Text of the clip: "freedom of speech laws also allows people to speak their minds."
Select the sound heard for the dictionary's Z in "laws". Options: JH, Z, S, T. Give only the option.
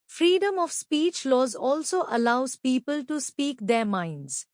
Z